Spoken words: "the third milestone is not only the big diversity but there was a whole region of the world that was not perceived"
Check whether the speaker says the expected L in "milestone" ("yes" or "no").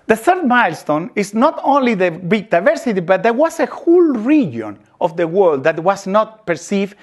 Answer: yes